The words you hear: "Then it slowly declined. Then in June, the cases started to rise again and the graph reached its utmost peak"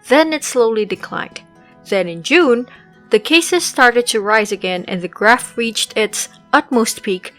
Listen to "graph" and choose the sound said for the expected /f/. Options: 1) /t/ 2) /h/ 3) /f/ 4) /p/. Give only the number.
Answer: 3